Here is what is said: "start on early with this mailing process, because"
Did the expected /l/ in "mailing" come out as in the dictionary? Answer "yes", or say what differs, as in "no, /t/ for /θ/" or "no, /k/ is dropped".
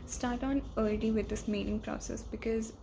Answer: no, /n/ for /l/